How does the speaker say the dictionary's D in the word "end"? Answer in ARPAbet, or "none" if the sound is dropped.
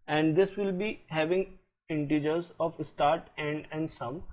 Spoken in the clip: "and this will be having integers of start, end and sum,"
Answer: D